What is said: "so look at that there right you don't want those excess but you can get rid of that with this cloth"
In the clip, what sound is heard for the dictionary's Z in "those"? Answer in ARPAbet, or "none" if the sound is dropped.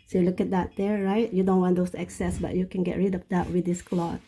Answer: S